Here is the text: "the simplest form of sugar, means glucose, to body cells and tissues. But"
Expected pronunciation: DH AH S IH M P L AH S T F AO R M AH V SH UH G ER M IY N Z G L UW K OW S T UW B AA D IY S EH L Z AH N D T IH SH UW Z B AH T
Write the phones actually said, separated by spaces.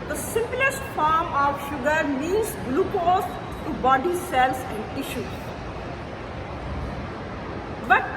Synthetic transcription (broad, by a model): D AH S IH M P L AH S T F AO R M AH V SH UH G ER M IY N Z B L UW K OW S T UW B AA D IY S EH L S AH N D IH SH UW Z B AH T